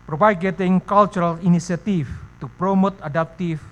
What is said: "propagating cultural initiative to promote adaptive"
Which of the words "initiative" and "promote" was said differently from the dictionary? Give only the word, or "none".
initiative